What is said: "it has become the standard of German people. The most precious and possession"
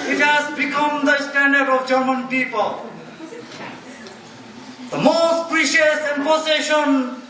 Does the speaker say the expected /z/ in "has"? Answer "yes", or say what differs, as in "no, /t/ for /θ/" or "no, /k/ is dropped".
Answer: no, /s/ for /z/